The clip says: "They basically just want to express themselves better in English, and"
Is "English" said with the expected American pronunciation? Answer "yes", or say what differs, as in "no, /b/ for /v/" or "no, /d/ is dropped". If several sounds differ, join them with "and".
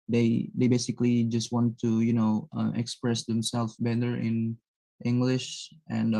yes